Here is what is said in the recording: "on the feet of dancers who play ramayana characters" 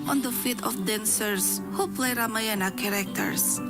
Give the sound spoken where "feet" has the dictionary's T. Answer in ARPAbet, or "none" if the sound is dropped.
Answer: T